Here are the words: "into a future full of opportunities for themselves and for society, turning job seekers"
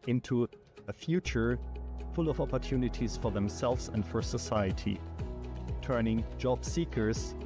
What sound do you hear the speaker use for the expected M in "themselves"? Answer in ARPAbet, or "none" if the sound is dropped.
M